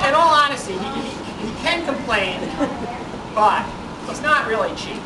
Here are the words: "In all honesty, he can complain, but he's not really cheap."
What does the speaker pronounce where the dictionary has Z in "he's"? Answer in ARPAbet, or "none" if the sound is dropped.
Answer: S